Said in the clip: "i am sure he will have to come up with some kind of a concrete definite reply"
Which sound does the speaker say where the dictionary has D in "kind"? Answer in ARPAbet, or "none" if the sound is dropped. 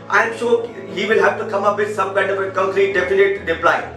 none